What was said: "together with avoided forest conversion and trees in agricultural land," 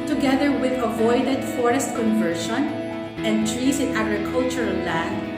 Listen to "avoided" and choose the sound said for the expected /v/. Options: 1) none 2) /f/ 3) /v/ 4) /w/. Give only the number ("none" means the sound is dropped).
3